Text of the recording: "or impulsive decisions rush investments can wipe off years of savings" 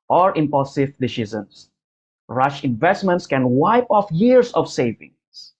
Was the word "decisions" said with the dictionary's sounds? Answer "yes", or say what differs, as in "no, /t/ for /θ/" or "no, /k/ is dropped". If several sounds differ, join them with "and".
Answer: no, /z/ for /ʒ/ and /s/ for /z/